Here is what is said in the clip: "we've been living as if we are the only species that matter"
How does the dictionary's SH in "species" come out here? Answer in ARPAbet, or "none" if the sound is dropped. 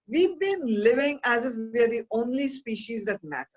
SH